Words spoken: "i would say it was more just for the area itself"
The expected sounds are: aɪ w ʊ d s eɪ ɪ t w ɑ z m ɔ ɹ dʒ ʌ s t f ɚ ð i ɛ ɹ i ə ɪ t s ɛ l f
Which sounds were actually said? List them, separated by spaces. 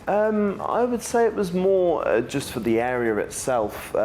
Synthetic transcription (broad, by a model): aɪ w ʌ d s eɪ ɪ t w ɑ z m ɔ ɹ dʒ ʌ s t f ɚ ð i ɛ ɹ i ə ɪ t s ɛ l f